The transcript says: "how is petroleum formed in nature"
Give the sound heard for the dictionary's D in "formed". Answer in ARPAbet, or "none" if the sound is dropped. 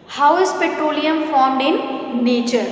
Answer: D